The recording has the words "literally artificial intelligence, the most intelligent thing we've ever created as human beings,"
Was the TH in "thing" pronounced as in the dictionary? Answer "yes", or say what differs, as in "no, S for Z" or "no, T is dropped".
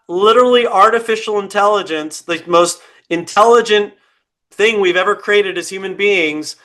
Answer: yes